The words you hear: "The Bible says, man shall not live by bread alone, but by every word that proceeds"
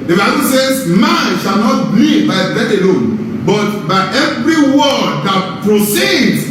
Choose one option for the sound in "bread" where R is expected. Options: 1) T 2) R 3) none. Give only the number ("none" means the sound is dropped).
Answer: 3